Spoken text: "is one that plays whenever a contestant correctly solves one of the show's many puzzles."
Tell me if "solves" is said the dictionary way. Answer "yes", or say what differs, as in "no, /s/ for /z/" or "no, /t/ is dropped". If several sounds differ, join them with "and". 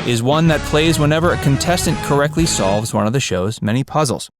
yes